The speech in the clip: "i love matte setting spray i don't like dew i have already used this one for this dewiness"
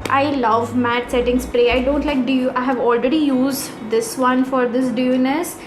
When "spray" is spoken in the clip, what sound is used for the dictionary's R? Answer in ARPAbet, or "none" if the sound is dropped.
R